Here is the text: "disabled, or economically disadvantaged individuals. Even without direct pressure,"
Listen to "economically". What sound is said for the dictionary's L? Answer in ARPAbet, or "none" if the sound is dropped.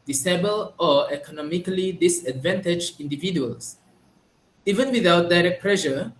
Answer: L